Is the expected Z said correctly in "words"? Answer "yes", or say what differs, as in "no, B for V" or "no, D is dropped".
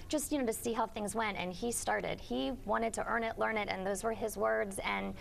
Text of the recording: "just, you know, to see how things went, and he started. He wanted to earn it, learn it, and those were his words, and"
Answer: yes